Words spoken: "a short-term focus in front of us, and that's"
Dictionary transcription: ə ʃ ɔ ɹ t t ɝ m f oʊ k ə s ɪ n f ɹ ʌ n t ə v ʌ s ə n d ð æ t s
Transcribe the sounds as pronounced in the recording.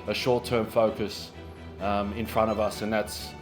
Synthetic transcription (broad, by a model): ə ʃ ɔ ɹ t t ɝ m f oʊ k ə s ɪ n f ɹ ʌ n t ə v ʌ s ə n ð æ t s